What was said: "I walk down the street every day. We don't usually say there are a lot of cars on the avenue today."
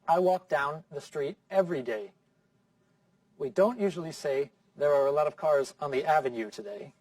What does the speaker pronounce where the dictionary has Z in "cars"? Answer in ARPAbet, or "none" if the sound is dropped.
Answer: Z